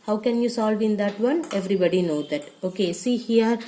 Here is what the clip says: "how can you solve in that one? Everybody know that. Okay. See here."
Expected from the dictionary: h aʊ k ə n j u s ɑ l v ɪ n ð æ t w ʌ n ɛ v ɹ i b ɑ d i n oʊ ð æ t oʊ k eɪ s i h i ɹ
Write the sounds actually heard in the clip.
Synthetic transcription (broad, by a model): h aʊ k ə n j u s ɑ l v ɪ n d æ t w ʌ n ɛ v ɹ i b ɑ d i n oʊ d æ t oʊ k eɪ s i h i ɹ